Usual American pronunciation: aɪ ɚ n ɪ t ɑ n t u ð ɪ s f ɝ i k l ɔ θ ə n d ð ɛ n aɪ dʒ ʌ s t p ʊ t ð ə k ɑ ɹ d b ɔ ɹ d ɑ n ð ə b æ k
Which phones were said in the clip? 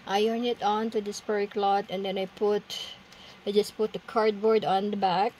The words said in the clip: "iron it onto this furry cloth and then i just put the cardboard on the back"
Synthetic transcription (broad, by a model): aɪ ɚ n ɪ t ɑ n t u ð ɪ s p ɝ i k l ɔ t ə n d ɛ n aɪ dʒ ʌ s p ʊ t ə k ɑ ɹ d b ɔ ɹ d ɑ n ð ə b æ k